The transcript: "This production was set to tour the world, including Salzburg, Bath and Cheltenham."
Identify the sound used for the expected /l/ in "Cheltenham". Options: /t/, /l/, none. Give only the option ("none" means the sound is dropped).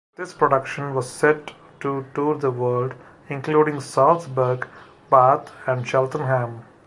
/l/